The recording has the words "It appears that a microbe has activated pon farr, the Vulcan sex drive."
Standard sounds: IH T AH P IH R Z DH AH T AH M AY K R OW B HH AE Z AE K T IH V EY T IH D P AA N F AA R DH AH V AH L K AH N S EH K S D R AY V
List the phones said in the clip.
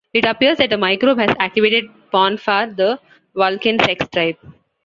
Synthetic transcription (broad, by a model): IH T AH P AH R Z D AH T AH M AY K R OW B HH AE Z AE K T IH V EY T IH D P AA N F AA R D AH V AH L K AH N S EH K S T R AY P